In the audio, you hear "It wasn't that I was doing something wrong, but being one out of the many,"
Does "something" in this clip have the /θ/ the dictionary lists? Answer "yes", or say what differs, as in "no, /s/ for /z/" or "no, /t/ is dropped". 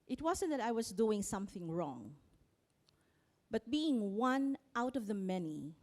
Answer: yes